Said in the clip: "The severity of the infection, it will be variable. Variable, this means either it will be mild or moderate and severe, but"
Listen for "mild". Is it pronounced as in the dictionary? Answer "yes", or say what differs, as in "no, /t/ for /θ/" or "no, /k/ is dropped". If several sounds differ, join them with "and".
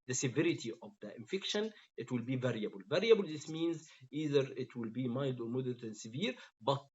yes